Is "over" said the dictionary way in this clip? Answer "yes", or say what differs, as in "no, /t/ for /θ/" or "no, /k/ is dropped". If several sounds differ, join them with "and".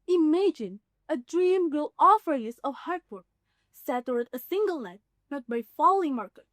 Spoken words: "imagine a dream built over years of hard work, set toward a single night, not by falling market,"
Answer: no, /f/ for /v/